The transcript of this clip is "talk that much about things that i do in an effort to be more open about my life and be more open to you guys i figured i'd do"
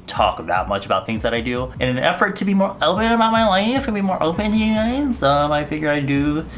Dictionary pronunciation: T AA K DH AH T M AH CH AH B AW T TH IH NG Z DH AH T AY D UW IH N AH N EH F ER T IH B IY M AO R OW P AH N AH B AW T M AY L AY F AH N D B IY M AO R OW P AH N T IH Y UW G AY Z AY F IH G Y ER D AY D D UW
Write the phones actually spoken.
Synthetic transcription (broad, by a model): T AA K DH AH T M AH CH AH B AW T TH IH NG Z DH AH T AY D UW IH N AH N EH F ER T IH B IY M AO R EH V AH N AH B AW T M AY L AY F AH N B IY M AO R OW P AH N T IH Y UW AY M AY F IH G Y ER AY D D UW